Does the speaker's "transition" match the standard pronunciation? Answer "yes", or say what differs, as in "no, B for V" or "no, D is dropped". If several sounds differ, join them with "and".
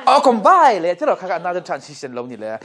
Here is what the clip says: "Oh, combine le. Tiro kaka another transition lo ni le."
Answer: no, S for Z